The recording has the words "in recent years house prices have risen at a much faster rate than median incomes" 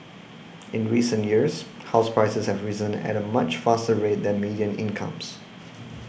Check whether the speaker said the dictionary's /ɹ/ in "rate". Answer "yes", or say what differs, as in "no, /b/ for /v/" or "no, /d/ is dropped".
yes